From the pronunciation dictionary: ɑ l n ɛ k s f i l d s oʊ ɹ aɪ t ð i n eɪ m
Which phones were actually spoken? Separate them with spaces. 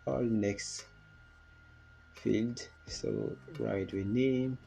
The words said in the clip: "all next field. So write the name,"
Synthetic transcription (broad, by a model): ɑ l n ɛ k s f i l d s oʊ ɹ aɪ t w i n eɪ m